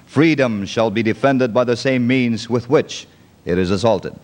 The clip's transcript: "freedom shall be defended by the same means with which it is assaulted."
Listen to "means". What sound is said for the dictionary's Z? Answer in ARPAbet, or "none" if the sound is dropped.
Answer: Z